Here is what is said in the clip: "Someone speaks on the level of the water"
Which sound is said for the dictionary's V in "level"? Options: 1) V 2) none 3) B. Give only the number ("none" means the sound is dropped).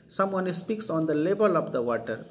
3